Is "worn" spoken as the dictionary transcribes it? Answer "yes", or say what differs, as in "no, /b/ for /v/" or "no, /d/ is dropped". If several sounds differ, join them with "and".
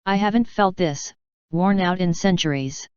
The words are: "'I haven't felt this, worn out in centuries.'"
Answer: yes